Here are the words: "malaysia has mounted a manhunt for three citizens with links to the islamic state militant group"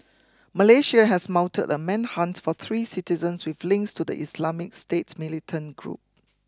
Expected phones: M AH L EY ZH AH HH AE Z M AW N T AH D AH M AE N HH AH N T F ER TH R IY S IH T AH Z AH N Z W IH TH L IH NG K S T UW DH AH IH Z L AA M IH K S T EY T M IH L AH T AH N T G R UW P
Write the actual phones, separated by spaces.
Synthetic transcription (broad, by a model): M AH L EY SH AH HH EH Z M AW N T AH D AH M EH N HH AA N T F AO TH R IY S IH T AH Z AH N S W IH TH L IH NG K S T UW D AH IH S L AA M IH K S T EY T M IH L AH T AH N G R UW P